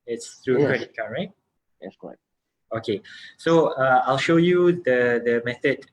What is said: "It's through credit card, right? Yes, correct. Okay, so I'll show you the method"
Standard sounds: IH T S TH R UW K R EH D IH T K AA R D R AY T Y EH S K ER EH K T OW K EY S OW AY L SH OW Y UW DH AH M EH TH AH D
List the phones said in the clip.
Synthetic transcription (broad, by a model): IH T S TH R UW K R EH D IH T K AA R R AY T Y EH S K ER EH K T OW K EY S OW AY L SH OW Y UW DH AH M EH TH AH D